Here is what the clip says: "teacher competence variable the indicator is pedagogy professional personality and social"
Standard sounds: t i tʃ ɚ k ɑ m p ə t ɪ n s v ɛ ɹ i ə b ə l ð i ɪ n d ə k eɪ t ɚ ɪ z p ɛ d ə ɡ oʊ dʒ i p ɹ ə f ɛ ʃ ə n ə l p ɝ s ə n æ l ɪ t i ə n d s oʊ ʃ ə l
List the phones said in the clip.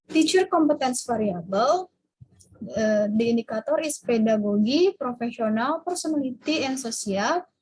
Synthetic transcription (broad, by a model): t i tʃ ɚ k ɑ m p ə t ɪ n s f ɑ ɹ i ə b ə l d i n d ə k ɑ t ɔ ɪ s p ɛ d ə ɡ oʊ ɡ i p ɹ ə f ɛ s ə n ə l p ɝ s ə n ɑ l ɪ t i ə n s oʊ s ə l